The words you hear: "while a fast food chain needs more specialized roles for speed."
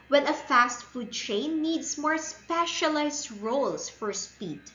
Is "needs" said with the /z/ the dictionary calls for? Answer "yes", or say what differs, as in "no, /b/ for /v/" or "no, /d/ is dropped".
no, /s/ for /z/